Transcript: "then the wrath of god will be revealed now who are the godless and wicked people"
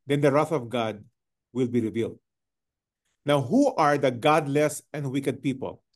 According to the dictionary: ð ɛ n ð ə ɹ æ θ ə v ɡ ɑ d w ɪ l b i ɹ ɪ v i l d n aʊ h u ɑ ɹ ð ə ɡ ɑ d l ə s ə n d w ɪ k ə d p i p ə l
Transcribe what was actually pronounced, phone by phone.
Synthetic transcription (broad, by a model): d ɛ n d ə ɹ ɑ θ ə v ɡ ɑ d w ɪ l b i ɹ ɪ v i l d n aʊ h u ɑ ɹ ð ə ɡ ɑ d l ə s ə n d w ɪ k ə d p i p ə l